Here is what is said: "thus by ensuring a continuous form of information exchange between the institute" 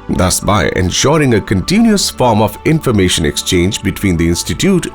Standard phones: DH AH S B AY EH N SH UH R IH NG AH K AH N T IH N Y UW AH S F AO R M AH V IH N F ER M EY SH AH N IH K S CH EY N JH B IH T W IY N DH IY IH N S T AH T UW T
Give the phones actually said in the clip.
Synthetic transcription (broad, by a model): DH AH S B AY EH N SH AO R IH NG AH K AH N T IH N Y UW AH S F AO R M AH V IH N F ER M EY SH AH N IH K S CH EY N JH B IH T W IY N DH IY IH N S T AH T UW T